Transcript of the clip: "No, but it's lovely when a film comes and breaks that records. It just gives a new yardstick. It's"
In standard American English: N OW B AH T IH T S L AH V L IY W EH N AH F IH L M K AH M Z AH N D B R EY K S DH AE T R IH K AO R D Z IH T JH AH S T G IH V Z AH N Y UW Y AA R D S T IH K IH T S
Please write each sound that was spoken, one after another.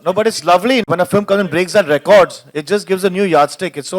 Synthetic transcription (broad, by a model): N OW B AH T IH T S L AH V L IY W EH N AH F IH L M K AH M Z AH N B R EY K S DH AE T R IH K AO R D Z IH T JH AH S T G IH V Z AH N Y UW Y AA R D S T IH K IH T S